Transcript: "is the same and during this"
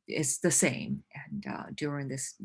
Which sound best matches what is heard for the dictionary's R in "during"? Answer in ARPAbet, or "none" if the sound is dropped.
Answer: R